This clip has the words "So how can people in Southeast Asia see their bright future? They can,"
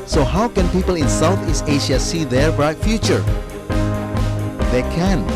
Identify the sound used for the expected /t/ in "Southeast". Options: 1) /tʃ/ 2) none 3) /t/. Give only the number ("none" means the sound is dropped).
2